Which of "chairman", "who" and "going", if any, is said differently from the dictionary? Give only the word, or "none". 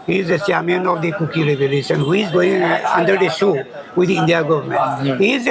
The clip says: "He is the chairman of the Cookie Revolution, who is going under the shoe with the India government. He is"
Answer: chairman